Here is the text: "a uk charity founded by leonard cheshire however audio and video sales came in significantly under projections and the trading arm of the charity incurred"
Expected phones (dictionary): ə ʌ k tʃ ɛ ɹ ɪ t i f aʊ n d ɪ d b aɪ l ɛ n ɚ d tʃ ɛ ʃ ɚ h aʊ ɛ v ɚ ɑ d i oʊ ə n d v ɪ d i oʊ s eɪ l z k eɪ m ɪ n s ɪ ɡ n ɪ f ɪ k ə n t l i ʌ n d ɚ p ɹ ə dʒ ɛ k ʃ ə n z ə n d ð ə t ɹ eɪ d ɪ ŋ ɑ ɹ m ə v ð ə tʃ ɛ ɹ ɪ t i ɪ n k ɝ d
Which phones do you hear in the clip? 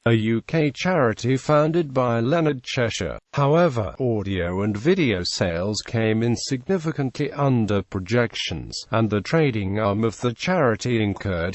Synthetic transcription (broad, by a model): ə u k tʃ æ ɹ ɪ t i f aʊ n d ɪ d b aɪ l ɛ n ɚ d tʃ ɛ ʃ ɚ h aʊ ɛ v ɚ ɑ d i oʊ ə n v ɪ d i oʊ s eɪ l z k eɪ m ɪ n s ɪ ɡ n ɪ f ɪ k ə n t l i ʌ n d ɚ p ɹ ə dʒ ɛ k ʃ ə n z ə n ð ə t ɹ eɪ d ɪ ŋ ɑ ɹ m ə v ð ə tʃ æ ɹ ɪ t i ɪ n k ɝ